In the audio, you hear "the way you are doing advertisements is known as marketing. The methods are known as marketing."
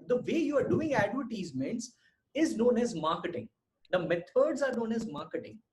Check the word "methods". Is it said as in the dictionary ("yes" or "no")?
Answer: no